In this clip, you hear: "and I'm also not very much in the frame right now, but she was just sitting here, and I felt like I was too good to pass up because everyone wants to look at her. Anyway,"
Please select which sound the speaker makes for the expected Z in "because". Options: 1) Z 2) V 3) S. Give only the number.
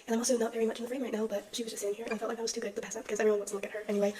1